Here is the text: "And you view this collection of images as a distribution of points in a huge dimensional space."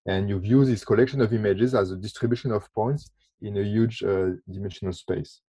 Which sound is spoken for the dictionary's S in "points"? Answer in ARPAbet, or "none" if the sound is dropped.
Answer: S